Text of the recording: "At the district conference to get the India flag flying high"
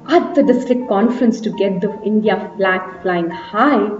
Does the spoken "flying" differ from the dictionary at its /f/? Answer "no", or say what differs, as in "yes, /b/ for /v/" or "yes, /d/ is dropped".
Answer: no